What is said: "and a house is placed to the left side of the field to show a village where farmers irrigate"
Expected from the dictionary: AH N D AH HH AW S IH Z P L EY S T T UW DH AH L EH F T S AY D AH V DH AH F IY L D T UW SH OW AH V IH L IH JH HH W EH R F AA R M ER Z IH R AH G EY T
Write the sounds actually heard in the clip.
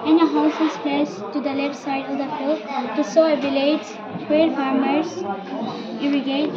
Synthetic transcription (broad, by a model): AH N AH HH AW S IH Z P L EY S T T UW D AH L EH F T S AY D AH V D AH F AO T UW S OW AH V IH L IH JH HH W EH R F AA R M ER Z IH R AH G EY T